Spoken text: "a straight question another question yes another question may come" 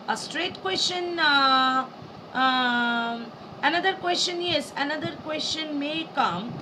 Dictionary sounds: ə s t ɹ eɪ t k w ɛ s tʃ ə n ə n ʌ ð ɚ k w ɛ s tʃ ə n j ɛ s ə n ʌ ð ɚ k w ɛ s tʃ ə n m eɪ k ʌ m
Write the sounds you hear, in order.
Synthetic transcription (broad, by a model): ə s t ɹ eɪ t k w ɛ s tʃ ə n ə n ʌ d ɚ k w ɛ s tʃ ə n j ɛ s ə n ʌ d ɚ k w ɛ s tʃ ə n m eɪ k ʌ m